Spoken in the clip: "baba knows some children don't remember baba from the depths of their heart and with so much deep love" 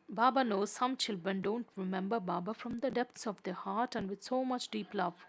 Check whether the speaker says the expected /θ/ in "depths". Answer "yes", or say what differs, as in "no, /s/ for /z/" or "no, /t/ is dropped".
no, /t/ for /θ/